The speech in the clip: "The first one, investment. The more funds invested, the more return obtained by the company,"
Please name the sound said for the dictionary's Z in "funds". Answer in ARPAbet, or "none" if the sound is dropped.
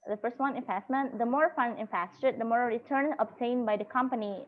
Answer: none